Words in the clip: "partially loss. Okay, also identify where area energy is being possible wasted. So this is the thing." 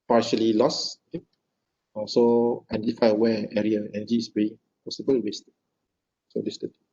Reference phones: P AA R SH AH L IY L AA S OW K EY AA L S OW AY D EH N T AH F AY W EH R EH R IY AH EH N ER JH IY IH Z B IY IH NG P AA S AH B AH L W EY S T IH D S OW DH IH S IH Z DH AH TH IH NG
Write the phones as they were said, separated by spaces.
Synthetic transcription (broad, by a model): P AA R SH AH L IY L AA S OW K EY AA S OW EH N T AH F AY W EH EH R IY AH EH N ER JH IY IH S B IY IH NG P AA S AH B AH L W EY S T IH S OW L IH S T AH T